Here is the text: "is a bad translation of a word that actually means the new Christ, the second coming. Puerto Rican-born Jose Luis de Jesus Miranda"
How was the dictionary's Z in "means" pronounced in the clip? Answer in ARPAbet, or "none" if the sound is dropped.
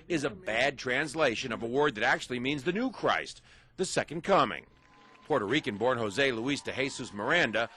Z